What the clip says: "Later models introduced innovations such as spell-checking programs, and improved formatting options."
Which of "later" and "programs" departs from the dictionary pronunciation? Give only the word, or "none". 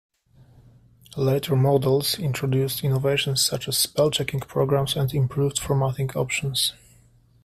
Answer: programs